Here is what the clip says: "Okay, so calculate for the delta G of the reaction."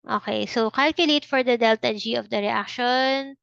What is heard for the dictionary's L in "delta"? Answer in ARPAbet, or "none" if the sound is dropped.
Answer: L